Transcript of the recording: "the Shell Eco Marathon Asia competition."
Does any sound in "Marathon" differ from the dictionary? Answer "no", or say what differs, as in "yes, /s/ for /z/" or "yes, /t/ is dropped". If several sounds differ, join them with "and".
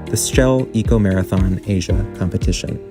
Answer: no